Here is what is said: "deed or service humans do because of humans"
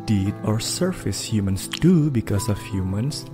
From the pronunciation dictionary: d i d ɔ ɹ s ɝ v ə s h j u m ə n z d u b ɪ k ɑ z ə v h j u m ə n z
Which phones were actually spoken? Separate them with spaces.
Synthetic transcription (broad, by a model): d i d ɔ ɹ s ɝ f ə s h j u m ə n s d u b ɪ k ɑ s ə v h j u m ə n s